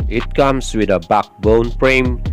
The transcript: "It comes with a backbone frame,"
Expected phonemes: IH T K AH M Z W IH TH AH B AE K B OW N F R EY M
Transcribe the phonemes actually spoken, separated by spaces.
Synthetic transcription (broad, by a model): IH T K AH M S W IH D AH B AE K B OW N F R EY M